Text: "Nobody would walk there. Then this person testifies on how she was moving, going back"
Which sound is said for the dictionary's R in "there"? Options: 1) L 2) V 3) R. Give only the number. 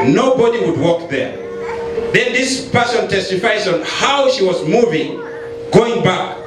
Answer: 3